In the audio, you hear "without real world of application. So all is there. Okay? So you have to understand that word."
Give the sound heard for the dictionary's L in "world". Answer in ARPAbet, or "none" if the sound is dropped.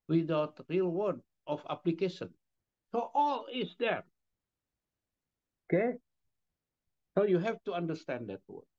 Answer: none